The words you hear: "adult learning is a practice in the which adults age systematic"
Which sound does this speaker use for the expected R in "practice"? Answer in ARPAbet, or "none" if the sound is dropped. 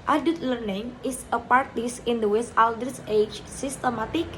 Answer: none